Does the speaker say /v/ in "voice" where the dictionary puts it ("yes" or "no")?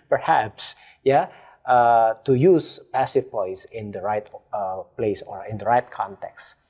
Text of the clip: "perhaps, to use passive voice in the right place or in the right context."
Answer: no